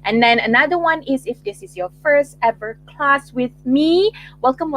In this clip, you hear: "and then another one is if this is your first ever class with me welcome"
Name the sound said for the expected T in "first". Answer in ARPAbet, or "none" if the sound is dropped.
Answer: T